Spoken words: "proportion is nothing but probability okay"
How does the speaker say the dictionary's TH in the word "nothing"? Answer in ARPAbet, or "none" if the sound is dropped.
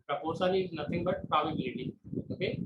T